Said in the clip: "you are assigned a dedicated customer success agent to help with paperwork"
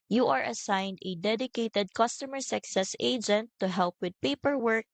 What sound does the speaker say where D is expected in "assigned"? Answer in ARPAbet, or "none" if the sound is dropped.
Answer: D